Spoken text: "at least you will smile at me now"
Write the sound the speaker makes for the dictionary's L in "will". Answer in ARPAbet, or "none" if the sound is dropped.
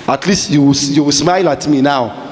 W